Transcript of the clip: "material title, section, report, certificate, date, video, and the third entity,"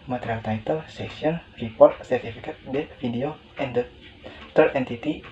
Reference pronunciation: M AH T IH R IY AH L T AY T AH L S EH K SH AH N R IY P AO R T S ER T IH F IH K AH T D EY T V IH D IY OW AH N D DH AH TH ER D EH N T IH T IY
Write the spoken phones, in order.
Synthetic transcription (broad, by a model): M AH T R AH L T AY T AH L S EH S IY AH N R IY P AO R T S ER T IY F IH K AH T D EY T F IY D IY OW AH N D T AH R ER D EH N T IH T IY